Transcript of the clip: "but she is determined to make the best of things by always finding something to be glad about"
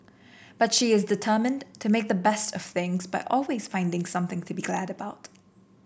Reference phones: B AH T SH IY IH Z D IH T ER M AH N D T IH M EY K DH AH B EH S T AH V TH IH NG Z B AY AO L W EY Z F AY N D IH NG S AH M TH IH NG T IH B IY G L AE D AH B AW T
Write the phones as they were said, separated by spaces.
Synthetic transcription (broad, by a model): B AH T SH IY IH Z D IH T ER M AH N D T IH M EY K DH AH B EH S T AH V TH IH NG Z B AY AO L W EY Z F AY N D IH NG S AH M TH IH NG T IH B IY G L AE D AH B AW T